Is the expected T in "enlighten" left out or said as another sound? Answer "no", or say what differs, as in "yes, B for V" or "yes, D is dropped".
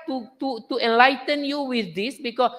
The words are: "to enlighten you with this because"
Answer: no